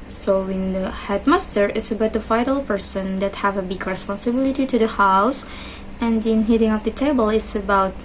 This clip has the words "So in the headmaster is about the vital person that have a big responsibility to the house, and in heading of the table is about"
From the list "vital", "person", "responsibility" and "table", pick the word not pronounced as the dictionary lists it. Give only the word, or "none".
vital